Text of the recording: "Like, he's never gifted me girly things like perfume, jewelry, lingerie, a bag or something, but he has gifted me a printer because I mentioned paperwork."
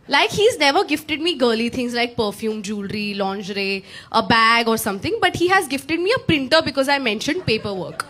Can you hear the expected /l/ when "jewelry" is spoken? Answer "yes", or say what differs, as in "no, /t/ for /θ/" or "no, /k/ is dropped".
yes